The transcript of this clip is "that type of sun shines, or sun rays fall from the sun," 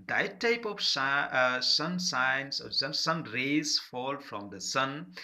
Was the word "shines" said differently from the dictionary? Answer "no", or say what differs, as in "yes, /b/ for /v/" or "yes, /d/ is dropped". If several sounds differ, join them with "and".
yes, /s/ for /ʃ/